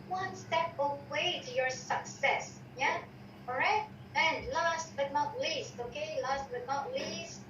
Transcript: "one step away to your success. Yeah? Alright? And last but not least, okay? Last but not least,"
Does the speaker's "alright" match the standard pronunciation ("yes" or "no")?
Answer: no